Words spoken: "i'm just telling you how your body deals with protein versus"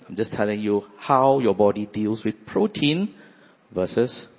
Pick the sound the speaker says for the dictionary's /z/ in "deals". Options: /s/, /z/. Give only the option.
/s/